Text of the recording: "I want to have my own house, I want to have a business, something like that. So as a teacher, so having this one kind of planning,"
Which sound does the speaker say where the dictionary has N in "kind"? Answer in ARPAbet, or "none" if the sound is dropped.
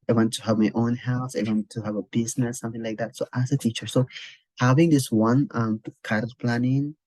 none